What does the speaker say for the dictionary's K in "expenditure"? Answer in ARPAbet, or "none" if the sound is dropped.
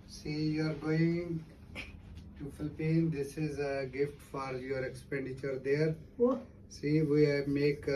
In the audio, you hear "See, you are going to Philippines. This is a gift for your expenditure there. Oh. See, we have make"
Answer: K